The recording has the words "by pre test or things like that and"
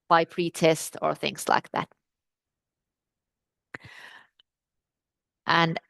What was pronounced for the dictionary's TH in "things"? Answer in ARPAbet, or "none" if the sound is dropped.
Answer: TH